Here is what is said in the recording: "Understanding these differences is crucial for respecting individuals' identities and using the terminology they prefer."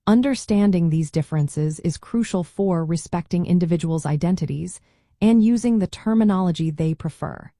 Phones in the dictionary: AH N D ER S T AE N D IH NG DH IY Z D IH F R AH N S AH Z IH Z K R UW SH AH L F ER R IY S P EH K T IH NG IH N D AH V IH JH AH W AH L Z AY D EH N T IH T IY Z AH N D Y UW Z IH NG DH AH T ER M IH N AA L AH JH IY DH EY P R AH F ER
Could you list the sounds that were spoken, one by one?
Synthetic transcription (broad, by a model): AH N D ER S T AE N D IH NG DH IY Z D IH F R AH N S AH Z IH Z K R UW SH L F ER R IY S P EH K T IH NG IH N D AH V IH JH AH W L Z AY D EH N T IH T IY Z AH N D Y UW Z IH NG DH AH T ER M IH N AA L AH JH IY DH EY P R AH F ER